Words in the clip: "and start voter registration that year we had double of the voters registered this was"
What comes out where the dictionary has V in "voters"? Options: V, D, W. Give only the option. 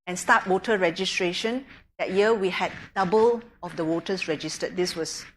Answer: W